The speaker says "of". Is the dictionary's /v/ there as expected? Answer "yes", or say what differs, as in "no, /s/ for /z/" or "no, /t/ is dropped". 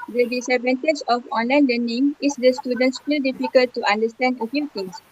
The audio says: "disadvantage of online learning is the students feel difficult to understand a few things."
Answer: no, /f/ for /v/